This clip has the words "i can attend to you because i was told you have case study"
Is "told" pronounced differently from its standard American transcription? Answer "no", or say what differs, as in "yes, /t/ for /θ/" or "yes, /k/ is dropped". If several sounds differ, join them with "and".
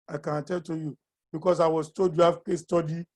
yes, /l/ is dropped